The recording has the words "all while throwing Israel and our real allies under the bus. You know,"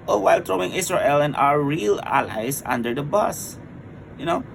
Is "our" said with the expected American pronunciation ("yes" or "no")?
yes